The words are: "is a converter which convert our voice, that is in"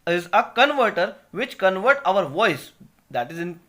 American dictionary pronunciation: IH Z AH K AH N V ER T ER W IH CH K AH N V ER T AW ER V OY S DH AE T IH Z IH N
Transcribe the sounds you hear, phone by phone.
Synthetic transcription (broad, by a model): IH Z AH K AH N V ER T ER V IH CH K AH N V ER T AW ER V OY S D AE T IH Z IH N